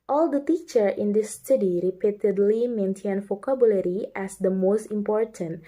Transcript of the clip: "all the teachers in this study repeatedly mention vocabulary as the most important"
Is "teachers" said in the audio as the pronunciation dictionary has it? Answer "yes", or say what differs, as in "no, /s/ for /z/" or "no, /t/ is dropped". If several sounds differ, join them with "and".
no, /z/ is dropped